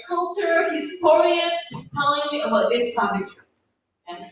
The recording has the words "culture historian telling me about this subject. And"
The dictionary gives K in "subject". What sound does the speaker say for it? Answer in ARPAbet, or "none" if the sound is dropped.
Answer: none